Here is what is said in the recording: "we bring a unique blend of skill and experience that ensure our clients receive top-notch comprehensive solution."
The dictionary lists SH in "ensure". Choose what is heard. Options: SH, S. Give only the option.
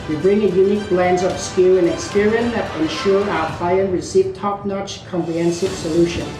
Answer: SH